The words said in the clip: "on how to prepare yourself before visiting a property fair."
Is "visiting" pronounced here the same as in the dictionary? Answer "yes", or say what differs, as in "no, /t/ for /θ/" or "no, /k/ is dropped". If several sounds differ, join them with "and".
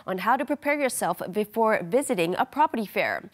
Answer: yes